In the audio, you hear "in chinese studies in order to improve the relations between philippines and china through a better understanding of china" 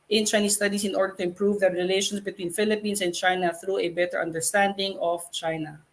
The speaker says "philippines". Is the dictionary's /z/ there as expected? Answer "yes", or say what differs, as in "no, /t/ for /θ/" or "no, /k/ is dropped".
no, /s/ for /z/